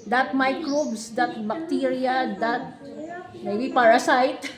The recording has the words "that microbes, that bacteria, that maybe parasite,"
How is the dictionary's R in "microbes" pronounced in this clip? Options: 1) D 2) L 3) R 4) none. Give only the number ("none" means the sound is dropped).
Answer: 2